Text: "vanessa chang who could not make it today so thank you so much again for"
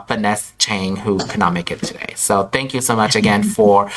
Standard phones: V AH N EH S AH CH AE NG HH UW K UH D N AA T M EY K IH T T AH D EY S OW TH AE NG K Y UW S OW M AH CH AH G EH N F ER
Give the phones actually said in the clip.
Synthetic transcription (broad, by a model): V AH N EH S CH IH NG HH UW K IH N AA T M EY K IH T T AH D EY S OW TH AE NG K Y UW S OW M AH CH AH G EH N F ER